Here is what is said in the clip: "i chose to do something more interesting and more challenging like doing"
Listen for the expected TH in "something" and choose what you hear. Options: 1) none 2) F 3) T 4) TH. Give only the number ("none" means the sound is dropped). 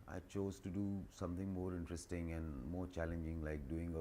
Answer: 3